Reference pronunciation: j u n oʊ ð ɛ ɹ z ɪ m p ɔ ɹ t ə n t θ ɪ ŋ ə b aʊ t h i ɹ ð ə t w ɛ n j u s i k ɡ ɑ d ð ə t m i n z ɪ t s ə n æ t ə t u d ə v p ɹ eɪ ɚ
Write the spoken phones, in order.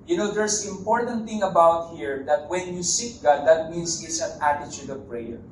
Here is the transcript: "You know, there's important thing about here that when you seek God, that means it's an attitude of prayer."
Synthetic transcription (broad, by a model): j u n oʊ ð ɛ ɹ s ɪ m p ɔ ɹ t ə n t θ ɪ ŋ ə b aʊ t h i ɹ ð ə t w ɛ n j u s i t ɡ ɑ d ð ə t m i n s ɪ t s ə n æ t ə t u d ə v p ɹ eɪ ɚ